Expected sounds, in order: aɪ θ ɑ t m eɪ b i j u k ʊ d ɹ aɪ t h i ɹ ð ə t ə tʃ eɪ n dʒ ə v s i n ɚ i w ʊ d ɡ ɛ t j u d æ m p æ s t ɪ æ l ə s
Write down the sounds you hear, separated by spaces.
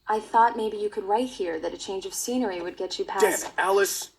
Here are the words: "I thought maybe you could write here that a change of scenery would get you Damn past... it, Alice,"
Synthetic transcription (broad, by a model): aɪ θ ɑ t m eɪ b i j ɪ k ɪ d ɹ aɪ t h i ɹ ð ə t ə tʃ eɪ n dʒ ə v s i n ɚ i w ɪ d ɡ ɛ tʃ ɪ p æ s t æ l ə s